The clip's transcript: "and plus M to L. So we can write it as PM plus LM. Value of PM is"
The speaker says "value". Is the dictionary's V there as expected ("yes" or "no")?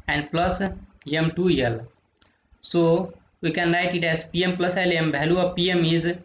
no